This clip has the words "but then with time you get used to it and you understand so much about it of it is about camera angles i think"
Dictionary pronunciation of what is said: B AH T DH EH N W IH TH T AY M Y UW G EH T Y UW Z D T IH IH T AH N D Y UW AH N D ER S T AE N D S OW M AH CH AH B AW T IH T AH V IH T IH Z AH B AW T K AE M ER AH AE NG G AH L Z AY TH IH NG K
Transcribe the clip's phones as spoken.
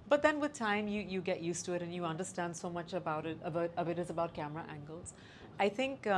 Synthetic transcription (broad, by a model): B AH T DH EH N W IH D T AY M Y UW G EH T Y UW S T IH IH T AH N Y UW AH N D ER S T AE N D S OW M AH CH AH B AW T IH T AH V IH T IH Z AH B AW T K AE M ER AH AE NG G AH L Z AY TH IH NG K